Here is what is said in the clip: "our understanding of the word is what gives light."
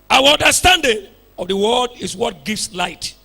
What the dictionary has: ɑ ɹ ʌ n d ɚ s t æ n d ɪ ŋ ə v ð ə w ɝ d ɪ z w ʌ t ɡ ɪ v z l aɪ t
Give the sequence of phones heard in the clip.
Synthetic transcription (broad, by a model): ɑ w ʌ n d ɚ s t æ n d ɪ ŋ ə v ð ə w ɝ d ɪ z w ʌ t ɡ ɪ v s l aɪ t